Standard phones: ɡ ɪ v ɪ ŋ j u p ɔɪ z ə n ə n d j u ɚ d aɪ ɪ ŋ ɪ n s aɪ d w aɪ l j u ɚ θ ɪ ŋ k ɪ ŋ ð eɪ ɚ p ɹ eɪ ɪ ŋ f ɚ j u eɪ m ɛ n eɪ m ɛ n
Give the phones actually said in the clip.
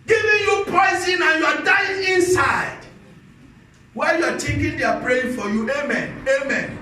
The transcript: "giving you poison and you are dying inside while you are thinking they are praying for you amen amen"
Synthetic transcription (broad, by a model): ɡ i v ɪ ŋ j u p ɔɪ z ə n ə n j u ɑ d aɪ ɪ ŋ ɪ n s aɪ d w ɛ j u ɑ t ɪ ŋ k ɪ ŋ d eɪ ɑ p ɹ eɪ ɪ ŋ f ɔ j u eɪ m ɛ n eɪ m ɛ n